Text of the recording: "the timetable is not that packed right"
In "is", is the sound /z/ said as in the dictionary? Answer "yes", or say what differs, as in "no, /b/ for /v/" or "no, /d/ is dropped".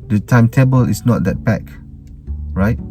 no, /s/ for /z/